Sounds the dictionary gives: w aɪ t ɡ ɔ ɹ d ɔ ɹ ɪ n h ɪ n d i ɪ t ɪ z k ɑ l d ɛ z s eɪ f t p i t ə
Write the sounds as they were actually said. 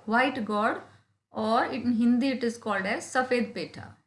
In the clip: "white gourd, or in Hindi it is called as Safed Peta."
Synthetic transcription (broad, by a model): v aɪ t ɡ ɔ ɹ d ɔ ɹ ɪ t h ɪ n d i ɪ t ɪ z k ɑ l d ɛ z s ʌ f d p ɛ t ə